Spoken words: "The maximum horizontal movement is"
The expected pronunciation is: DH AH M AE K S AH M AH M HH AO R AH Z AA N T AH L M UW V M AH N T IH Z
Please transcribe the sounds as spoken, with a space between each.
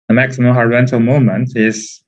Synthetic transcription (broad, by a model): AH M AE K S AH M AH M HH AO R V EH N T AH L M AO M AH N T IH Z